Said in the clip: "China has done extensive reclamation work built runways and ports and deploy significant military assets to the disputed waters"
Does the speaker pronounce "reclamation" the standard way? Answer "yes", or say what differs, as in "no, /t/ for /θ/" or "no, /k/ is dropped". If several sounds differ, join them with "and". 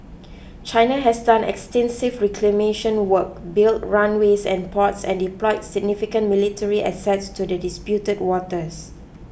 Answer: yes